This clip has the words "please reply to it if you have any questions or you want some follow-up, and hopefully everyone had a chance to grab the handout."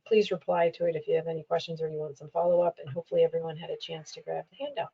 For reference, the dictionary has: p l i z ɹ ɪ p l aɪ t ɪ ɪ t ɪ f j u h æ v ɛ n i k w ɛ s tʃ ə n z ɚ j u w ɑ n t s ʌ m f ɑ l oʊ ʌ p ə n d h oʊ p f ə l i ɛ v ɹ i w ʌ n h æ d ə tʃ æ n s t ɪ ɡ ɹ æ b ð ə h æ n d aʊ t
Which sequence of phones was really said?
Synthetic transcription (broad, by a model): p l i z ɹ ɪ p l aɪ t ɪ ɪ t ɪ f j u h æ v ɛ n i k w ɛ s tʃ ə n z ɚ j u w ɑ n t s ʌ m f ɑ l oʊ ʌ p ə n h oʊ p f l i ɛ v ɹ i w ʌ n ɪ d ə tʃ æ n s t ɪ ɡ ɹ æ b ð ə h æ n d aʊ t